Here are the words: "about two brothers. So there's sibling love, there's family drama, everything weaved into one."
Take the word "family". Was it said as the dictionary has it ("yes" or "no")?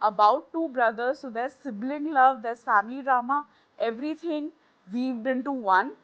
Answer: no